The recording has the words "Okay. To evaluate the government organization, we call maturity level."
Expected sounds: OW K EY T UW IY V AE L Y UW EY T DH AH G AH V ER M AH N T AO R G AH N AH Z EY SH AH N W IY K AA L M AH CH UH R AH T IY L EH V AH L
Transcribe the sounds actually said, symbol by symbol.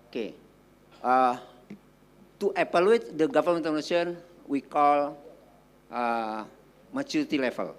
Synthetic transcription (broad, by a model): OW K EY T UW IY P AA L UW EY T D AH G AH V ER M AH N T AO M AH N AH S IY AH N W IY K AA L M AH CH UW R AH T IY L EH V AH L